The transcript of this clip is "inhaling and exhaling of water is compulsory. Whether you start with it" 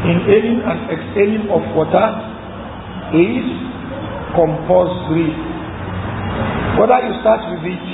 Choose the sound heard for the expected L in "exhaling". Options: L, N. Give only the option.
N